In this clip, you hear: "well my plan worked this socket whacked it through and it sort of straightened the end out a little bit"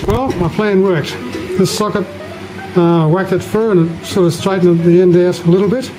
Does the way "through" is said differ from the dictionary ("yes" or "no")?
yes